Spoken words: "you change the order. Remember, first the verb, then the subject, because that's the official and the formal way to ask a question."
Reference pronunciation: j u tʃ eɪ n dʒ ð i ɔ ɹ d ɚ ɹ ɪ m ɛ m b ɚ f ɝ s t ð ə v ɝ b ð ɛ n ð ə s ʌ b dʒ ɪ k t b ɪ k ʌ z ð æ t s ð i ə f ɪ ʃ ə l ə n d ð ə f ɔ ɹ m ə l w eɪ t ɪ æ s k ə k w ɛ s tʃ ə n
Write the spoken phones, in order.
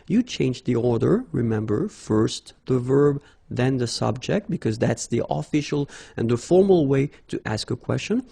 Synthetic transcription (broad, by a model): j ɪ tʃ eɪ n dʒ ð i ɔ ɹ d ɚ ɹ ɪ m ɛ m b ɚ f ɝ s t ð ə v ɝ b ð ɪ n ð ə s ʌ b dʒ ɪ k t b ɪ k ʌ z ð æ t s ð i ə f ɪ ʃ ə l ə n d ð ə f ɔ ɹ m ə l w eɪ t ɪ æ s k ə k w ɛ s tʃ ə n